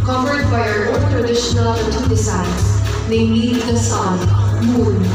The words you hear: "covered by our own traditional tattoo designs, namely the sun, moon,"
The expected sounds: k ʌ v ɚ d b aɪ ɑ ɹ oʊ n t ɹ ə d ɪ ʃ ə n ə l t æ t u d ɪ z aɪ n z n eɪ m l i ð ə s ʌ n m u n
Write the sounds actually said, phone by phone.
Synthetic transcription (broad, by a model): k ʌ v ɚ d b aɪ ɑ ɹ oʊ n t ɹ ə d ɪ ʃ ə n ə l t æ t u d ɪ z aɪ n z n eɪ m i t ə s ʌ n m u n